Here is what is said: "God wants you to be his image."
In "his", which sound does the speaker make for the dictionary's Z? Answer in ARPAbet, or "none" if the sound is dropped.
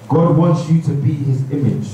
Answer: Z